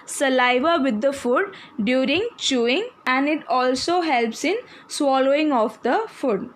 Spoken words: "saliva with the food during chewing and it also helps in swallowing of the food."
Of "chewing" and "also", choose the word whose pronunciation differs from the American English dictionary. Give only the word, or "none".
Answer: none